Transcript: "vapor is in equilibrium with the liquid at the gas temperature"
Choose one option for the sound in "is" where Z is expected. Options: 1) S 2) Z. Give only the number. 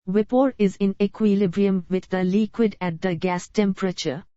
2